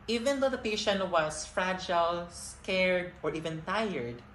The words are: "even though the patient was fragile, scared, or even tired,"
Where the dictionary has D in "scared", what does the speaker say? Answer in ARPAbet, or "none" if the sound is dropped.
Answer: D